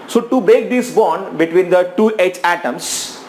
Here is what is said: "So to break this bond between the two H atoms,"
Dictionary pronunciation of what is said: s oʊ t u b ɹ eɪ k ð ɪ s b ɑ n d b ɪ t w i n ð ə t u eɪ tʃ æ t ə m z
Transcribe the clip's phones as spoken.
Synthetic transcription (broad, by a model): s oʊ t u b eɪ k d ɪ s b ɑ n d b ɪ t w i n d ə t u eɪ tʃ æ t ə m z